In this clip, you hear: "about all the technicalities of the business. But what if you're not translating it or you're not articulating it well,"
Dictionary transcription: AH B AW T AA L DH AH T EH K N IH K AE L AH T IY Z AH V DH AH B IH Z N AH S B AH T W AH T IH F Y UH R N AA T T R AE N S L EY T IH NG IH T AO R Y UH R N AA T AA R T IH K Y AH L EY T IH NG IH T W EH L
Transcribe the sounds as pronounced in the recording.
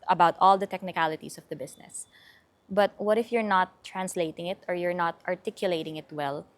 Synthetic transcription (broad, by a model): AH B AW T AA L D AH T EH K N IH K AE L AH T IY S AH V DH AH B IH S N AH S B AH T W AH T IH F Y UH R N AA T T R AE N S L EY T IH NG IH T AO R Y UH R N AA T AA R T IH K Y AH L EY T IH NG IH T W EH L